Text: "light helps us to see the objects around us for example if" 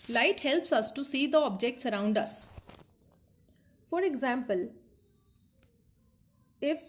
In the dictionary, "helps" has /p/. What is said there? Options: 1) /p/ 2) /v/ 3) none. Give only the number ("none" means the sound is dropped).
1